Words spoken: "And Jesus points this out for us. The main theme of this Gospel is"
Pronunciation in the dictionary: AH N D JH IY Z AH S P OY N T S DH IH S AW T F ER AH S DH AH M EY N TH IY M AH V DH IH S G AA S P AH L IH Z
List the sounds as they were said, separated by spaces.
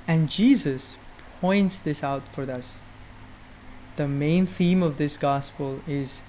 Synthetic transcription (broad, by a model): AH N JH IY Z AH S P OY N T S DH IH S AW T F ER AH S DH AH M EY N TH IY M AH V DH IH S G AA S P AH L IH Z